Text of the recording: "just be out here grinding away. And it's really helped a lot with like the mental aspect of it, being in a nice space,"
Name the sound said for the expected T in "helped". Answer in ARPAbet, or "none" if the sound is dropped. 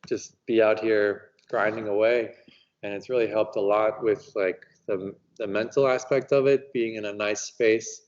T